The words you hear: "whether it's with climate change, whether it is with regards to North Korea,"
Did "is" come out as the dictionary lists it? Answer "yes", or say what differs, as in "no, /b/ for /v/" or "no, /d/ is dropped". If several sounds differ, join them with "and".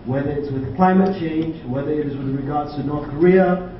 yes